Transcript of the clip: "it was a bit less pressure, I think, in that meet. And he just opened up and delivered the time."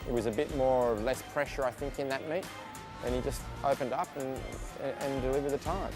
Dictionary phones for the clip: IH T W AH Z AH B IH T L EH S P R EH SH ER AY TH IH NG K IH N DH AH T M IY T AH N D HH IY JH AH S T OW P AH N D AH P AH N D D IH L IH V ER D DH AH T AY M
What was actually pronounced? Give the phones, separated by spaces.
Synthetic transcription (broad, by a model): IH T W AH Z AH B IH T L EH S P R EH SH ER AY TH IH NG K IH N DH AH T M IY T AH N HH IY JH AH S T OW P AH N D AH P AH N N D IH L IH V ER D DH AH T AY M